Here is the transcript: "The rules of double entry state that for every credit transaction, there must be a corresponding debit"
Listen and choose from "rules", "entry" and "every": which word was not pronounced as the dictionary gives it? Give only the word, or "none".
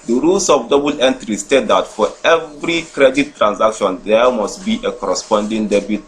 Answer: rules